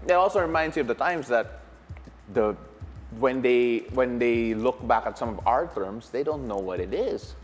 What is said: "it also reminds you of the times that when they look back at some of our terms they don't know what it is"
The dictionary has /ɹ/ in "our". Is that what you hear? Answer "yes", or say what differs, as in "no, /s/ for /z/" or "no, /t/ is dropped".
yes